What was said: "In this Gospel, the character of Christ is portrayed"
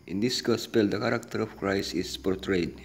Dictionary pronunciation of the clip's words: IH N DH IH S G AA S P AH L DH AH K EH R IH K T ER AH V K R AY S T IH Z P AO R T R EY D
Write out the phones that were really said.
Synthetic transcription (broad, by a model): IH N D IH S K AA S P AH L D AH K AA R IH K T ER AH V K R AY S IH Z P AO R T R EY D